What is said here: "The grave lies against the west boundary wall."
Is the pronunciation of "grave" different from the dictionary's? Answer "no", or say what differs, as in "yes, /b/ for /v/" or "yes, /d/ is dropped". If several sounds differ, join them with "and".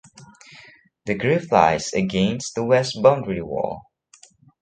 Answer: yes, /f/ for /v/